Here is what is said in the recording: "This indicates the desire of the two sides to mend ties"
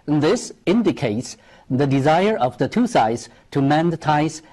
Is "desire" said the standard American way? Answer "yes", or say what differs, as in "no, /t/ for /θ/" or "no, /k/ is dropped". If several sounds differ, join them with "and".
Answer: yes